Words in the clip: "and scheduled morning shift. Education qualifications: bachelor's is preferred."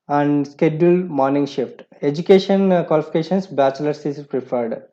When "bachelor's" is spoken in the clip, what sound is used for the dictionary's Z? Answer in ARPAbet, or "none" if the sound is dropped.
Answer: S